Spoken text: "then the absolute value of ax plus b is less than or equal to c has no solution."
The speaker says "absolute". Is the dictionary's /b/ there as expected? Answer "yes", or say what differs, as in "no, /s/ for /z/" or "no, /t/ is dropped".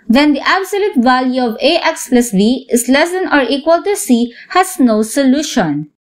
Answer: yes